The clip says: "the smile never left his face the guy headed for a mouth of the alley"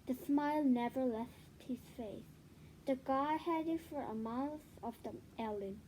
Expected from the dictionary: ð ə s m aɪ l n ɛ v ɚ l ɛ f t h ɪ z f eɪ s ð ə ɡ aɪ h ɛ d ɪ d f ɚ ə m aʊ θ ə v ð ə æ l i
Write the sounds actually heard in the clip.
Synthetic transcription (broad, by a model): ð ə s m aɪ l n ɛ v ɚ l ɛ f t h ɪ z f eɪ s ð ə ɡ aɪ h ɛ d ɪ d f ɚ ə m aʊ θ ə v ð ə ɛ l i